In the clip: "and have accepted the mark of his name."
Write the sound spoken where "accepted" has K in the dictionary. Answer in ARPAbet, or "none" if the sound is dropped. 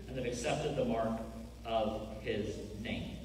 K